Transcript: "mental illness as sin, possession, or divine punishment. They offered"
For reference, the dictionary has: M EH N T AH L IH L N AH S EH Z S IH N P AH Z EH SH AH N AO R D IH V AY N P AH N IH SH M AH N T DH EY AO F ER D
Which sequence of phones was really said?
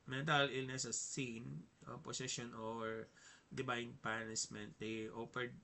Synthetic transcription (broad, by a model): M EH N T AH L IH L N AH S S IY N P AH S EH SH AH N AO R D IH B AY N P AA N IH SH M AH N T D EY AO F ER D